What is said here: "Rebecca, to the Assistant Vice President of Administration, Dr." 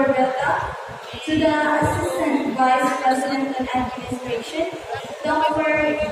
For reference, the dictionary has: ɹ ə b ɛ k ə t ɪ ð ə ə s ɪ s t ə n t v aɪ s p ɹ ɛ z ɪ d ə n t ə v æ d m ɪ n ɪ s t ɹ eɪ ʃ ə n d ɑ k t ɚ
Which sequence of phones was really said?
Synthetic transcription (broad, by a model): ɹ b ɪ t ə t ɪ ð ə ə s ɪ s t ə n t v aɪ s p ɹ ɛ z ɪ d ə n t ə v æ d m ɪ n ɪ s t ɹ eɪ ʃ ə n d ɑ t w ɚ